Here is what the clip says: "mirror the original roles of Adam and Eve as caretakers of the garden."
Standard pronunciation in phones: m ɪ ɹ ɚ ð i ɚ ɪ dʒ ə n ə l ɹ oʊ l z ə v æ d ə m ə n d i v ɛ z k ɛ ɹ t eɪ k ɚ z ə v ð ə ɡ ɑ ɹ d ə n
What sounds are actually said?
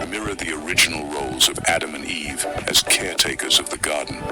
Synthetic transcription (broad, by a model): m ɪ ɹ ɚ ð i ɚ ɪ dʒ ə n l ɹ oʊ l z ə v æ d ə m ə n i v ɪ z k ɛ ɹ t eɪ k ɚ z ə v ð ə ɡ ɑ ɹ d n